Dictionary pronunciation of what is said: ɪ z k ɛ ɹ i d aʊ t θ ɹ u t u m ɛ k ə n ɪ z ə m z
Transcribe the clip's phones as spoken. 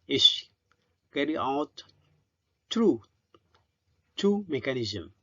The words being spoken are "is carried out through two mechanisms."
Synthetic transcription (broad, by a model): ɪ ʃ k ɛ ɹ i aʊ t t ɹ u t u m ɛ k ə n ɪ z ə m